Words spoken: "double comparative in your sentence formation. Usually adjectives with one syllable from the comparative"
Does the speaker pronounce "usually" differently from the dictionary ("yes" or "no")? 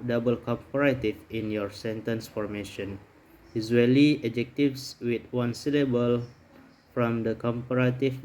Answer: yes